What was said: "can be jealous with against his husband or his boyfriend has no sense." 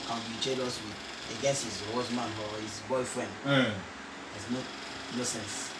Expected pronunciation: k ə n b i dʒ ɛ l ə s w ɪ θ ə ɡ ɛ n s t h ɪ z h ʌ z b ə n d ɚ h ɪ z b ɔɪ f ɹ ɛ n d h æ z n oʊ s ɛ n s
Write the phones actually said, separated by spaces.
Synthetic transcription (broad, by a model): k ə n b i tʃ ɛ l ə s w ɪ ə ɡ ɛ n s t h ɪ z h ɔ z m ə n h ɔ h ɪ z b ɔɪ f ɹ ɛ n d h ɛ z n oʊ s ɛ n s